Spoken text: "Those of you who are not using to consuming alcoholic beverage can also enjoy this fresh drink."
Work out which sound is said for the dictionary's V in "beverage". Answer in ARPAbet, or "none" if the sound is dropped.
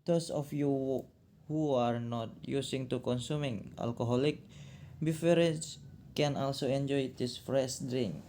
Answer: F